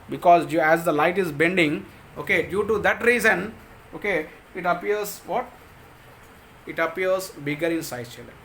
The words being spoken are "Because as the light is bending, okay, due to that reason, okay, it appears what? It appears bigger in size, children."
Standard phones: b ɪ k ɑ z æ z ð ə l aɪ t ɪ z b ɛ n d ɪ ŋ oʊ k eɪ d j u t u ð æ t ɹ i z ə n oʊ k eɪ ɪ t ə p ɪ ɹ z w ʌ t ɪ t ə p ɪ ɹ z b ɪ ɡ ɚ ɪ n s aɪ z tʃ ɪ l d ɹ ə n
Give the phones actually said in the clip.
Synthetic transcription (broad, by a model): b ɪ k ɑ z æ z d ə l aɪ t ɪ z b ɛ n d ɪ ŋ oʊ k eɪ d j u t u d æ t ɹ i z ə n oʊ k eɪ ɪ t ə p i ɹ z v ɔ t ɪ t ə p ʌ ɹ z b ɪ ɡ ɚ ɪ n s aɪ tʃ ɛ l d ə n